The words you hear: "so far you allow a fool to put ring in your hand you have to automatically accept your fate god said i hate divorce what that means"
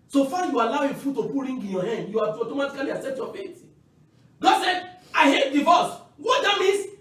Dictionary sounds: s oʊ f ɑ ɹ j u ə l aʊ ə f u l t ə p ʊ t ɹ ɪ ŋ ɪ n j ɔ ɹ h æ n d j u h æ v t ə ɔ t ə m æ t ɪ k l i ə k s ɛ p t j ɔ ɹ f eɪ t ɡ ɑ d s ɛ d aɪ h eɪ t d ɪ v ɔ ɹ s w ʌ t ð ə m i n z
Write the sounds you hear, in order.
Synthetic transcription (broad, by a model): s oʊ f ɑ j u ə l aʊ ə f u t t ə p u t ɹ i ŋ ɪ n j ɔ h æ n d j u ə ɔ t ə m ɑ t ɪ k l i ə s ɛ t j ɔ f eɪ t ɡ ɑ d s ɛ d aɪ h eɪ t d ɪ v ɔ s w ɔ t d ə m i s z